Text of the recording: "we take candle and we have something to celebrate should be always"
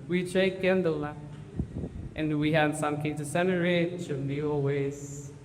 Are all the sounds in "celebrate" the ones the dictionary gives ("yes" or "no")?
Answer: no